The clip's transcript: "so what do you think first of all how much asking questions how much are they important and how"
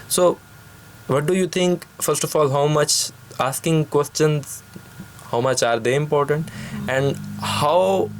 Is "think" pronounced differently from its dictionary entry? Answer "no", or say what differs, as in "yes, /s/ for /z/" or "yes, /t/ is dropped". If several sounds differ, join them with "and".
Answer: yes, /t/ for /θ/